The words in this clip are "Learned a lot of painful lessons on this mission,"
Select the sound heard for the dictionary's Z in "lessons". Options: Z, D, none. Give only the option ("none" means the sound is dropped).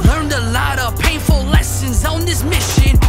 Z